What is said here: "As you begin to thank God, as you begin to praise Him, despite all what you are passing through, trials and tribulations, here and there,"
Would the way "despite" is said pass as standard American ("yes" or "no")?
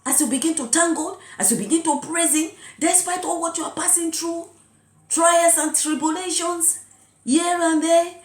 yes